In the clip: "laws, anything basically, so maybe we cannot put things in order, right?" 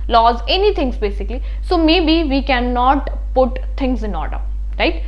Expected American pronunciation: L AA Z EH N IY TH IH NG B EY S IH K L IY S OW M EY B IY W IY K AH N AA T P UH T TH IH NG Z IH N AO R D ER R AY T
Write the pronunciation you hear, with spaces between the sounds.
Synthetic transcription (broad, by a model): L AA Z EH N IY T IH NG B EY S IH K L IY S OW M EY B IY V IY K AH N AA T P UH T T IH NG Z IH N AO R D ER R AY T